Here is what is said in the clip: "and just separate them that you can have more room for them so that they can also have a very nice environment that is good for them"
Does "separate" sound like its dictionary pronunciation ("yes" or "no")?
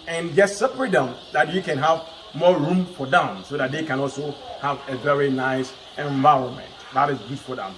no